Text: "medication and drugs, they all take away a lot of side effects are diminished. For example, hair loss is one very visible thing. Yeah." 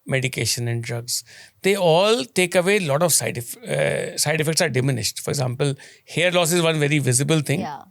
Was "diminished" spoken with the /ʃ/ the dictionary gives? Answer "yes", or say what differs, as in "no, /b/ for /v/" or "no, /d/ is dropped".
yes